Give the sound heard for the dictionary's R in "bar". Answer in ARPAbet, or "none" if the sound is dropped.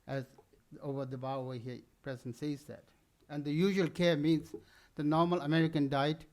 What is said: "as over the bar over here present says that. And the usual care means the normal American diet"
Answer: W